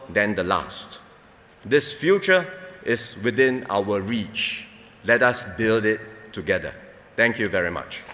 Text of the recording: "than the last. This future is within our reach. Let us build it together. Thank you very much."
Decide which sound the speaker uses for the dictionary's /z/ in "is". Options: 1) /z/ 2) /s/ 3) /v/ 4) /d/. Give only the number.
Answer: 2